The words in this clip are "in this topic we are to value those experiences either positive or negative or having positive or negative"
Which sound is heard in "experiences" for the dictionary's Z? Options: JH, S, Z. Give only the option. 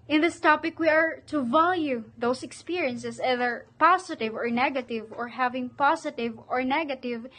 S